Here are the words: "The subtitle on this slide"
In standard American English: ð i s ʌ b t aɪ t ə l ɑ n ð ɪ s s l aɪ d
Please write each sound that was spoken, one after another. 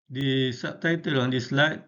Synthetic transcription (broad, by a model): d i s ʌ t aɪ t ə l ɑ n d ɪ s s l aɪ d